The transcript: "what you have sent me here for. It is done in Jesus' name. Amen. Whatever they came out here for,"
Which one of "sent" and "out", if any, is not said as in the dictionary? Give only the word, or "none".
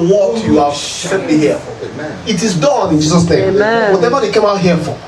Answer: sent